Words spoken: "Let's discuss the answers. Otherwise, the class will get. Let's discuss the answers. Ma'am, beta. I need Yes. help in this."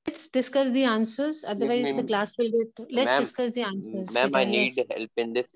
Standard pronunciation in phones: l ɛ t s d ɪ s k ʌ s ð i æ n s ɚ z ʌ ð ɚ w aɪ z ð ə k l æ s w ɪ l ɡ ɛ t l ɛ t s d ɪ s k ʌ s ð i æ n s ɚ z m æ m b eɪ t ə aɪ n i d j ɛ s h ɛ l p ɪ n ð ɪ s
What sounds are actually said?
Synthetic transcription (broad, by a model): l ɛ t s d ɪ s k ʌ s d i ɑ n s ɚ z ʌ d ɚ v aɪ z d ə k l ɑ s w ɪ l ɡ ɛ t l ɛ t s d ɪ s k ʌ s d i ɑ n s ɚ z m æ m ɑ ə n i d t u h ɛ l p ɪ n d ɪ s